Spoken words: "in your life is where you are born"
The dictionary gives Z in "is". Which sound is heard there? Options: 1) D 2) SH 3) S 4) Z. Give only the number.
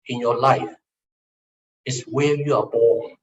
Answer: 3